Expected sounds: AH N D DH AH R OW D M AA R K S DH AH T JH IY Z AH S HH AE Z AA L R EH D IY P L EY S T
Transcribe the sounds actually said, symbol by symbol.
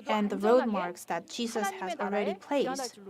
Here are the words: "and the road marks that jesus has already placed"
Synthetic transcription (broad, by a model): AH N DH AH R OW D M AA R K S DH AH T JH IY Z AH S HH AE Z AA L R EH D IY P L EY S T